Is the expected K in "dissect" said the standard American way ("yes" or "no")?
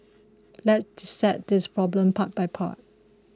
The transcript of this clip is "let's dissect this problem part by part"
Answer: no